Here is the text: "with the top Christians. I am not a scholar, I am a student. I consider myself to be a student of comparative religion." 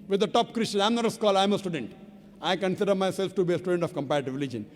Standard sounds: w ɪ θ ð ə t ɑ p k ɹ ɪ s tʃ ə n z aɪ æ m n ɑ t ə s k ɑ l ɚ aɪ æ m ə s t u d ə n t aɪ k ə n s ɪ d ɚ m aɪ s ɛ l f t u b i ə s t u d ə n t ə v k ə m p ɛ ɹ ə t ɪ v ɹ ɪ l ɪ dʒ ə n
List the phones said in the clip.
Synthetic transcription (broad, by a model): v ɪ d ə t ɑ p k ɹ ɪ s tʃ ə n aɪ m n ɑ t ə s k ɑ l aɪ m ə s t u d ə n t aɪ k ə n s ɪ d ɚ m aɪ s ɛ l f t u b i ə s t u d ə n t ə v k ə m p ɛ ɹ ə t ɪ v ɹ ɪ l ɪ dʒ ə n